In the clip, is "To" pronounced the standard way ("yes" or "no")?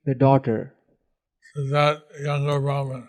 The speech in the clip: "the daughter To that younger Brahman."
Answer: no